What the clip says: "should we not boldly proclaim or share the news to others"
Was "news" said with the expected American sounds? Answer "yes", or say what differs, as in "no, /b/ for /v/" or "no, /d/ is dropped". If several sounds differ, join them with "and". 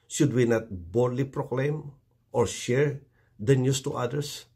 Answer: no, /s/ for /z/